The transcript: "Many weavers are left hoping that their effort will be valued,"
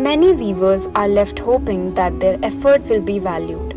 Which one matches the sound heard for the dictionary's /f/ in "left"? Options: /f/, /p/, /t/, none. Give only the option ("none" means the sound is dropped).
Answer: /f/